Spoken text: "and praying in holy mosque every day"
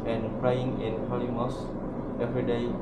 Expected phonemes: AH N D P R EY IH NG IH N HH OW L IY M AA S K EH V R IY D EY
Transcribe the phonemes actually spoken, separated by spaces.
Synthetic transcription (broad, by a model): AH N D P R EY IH NG IH N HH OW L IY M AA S EH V R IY D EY